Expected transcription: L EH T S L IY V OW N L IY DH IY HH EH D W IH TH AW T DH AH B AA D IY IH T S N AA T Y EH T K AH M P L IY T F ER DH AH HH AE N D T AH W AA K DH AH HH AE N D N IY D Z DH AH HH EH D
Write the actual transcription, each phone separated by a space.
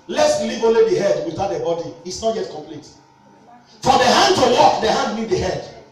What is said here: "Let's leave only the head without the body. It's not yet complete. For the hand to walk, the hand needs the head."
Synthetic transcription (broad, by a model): L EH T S L IY V OW N L IY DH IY HH EH D W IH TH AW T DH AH B AA D IY IH T S N AA T Y EH T K AH M P L IY T F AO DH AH HH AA N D T AH W AA K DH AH HH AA N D L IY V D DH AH HH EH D